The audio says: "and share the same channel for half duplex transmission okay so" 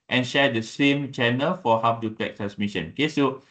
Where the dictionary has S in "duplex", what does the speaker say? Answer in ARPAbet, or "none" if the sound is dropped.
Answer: none